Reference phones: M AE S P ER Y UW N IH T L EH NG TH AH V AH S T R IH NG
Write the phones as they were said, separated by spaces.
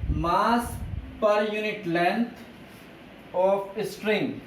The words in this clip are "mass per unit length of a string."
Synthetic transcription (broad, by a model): M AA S P ER Y UW N IH T L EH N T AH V AH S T R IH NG